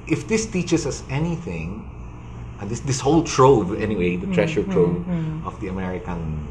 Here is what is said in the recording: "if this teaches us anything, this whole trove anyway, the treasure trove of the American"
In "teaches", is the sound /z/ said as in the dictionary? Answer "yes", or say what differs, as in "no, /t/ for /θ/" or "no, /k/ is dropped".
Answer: no, /s/ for /z/